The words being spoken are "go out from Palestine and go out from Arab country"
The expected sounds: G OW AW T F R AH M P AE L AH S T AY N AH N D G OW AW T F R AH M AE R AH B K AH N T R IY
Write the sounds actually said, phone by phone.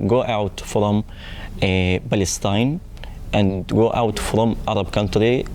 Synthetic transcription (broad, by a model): G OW AW T F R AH M B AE L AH S T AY N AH N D G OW AW T F R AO M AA R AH B K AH N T R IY